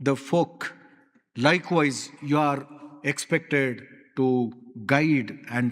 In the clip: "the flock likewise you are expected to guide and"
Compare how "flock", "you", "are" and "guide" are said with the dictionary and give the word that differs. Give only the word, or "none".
flock